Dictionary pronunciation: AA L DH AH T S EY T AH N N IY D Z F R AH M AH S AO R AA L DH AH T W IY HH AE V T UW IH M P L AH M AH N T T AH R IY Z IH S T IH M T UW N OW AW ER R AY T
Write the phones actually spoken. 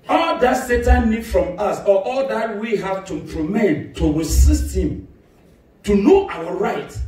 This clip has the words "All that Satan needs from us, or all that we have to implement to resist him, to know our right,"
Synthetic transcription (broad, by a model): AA L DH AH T S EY T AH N N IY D F R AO M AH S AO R AA L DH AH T W IY HH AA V T UW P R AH M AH T T AH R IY S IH S T IH M T UW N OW AW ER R AY T